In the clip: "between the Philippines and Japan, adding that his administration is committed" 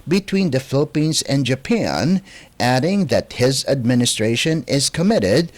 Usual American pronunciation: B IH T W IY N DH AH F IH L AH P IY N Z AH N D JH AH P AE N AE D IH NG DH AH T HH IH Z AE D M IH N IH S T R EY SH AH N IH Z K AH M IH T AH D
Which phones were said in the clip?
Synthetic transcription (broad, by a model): B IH T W IY N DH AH F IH L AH P IY N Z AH N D JH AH P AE N AE D IH NG DH AH T HH IH Z AE D M IH N IH S T R EY SH AH N IH Z K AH M IH T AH D